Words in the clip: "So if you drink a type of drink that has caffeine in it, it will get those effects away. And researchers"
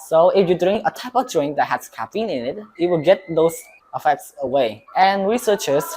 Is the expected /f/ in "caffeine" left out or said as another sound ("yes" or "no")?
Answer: yes